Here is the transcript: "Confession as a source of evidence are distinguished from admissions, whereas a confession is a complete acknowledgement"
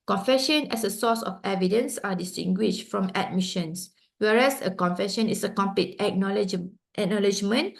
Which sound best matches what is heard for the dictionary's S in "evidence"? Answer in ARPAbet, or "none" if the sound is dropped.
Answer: S